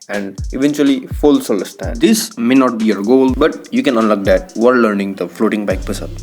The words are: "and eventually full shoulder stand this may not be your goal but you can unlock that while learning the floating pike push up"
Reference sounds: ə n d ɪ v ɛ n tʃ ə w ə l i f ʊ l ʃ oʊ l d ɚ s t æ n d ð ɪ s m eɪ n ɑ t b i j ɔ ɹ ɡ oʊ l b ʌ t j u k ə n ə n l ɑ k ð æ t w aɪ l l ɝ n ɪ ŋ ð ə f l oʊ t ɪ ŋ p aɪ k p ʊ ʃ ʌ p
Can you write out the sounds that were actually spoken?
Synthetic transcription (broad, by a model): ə n d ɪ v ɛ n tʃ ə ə l i f ʊ l s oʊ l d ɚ s t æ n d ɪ s m eɪ n ɑ t b i j ɔ ɹ ɡ oʊ l b ʌ t j u k ə n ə n l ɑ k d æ t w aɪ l l ɝ n ɪ ŋ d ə f l oʊ t ɪ ŋ b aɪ k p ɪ s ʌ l